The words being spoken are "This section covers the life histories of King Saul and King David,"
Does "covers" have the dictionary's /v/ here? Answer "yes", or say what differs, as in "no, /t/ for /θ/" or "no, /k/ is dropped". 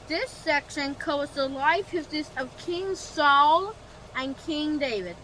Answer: no, /v/ is dropped